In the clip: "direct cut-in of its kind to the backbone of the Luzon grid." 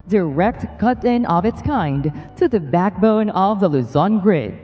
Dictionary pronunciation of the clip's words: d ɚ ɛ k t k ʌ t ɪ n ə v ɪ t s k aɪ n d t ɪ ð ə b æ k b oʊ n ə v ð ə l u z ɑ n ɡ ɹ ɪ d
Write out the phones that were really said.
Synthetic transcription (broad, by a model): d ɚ ɛ k t k ʌ t ɪ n ə v ɪ t s k aɪ n d t ɪ ð ə b æ k b oʊ n ə v ð ə l u z ɑ n ɡ ɹ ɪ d